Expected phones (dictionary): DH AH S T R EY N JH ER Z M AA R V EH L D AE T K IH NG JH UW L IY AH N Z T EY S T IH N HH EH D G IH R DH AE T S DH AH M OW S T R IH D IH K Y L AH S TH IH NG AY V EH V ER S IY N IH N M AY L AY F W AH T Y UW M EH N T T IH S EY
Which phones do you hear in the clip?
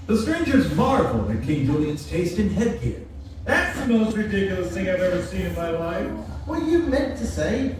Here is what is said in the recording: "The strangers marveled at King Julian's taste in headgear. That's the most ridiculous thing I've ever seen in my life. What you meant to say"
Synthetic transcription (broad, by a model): DH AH S T R EY N JH ER Z M AA R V L IH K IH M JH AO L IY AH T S T EY S T IH N HH EH D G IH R DH AE T S DH AH M OW S T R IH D IH K Y L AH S TH IH NG AY V EH V ER S IY N IH N M AY L AY F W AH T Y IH M EH N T T IH S EY